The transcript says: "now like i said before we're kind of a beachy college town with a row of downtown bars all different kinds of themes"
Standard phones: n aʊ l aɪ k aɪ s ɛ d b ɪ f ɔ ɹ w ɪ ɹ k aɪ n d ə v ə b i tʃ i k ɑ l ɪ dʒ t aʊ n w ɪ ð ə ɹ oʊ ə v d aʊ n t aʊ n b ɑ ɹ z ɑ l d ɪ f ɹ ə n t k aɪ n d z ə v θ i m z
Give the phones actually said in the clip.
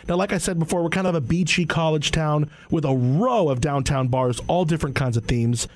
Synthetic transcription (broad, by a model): n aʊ l aɪ k aɪ s ɛ d b ɪ f ɔ ɹ w ɪ ɹ k aɪ n d ə v ə b i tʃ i k ɑ l ɪ dʒ t aʊ n w ɪ ð ə ɹ oʊ ə v d aʊ n t aʊ n b ɑ ɹ z ɑ l d ɪ f ɹ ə n k aɪ n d z ə v θ i m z